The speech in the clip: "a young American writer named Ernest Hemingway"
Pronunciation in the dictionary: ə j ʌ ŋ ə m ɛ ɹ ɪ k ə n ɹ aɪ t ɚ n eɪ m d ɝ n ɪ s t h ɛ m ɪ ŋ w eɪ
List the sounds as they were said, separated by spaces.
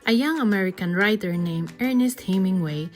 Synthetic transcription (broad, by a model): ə j ʌ ŋ ə m ɛ ɹ ɪ k ə n ɹ aɪ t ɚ n eɪ m ɝ n ɪ s t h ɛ m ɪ ŋ w eɪ